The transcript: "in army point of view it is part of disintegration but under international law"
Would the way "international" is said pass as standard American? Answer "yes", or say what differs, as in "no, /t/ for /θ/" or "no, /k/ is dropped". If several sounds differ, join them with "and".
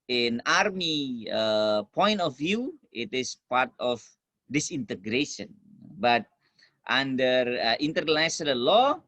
no, /s/ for /ʃ/